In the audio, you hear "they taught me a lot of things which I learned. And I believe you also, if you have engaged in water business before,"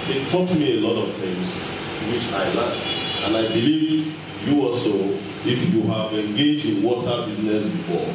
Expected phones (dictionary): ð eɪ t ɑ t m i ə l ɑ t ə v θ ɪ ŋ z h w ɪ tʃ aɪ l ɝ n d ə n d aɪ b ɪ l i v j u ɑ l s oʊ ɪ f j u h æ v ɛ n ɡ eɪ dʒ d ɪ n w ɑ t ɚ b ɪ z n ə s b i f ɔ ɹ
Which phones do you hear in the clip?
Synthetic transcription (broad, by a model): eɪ t ɑ t m i ə l ɑ t ə v t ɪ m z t w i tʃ aɪ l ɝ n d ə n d aɪ b ɪ l i v j u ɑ s oʊ ɪ f j u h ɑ v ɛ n ɡ eɪ dʒ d ɪ n w ɑ t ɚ b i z n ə s b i f ɔ